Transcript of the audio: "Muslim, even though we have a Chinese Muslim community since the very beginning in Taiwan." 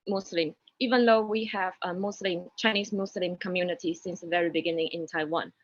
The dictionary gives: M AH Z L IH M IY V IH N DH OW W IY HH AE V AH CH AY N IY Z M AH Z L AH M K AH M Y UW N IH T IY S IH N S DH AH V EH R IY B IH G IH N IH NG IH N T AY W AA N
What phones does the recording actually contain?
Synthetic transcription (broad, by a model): M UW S L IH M IY V IH N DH OW W IY HH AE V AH CH AY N IY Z M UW S L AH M K AH M Y UW N IH T IY S IH N S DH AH V EH R IY B IH G IH N IH NG IH N T AY W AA N